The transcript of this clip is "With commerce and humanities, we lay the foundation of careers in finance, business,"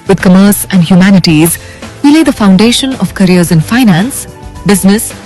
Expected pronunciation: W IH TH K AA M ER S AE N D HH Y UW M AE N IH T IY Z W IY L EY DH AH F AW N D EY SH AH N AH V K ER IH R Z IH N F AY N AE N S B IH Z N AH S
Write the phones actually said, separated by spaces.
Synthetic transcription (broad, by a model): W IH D K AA M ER S AE N D HH Y UW M AE N IH T IY Z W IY L EY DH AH F AW N D EY SH AH N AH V K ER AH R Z IH N F AY N AE N S B IH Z N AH S